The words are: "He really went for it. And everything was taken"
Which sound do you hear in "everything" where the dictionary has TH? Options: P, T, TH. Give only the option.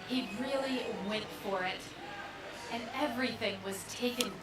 TH